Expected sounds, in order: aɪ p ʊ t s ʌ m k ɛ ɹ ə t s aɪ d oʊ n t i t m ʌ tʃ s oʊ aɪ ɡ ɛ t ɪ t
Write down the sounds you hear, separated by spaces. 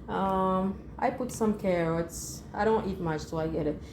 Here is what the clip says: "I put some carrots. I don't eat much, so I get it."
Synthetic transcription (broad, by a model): aɪ p ʊ t s ʌ m k ɛ ɹ ə t s aɪ d oʊ n t i t m ʌ tʃ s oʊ aɪ ɡ ɛ t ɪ t